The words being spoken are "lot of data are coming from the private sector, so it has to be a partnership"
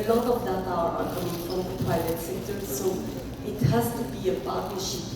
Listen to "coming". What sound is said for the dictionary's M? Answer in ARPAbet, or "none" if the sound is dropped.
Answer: none